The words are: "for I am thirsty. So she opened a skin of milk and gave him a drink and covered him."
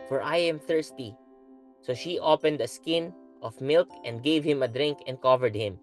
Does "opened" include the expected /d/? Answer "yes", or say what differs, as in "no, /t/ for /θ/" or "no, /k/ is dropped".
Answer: yes